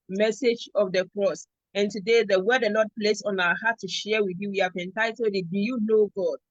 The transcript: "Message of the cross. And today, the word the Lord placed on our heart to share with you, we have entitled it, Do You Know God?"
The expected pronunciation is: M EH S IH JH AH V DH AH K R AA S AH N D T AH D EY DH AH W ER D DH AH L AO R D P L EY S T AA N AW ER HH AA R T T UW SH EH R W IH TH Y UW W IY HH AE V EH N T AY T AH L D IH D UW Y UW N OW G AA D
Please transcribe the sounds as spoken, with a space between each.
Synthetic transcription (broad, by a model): M EH S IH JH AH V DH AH K R AA S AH N T AH D EY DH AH W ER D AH N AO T P L EY S AA N AW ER HH AA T T UW SH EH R W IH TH Y UW W IY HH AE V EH N T AY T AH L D IH D UW Y UW N OW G AA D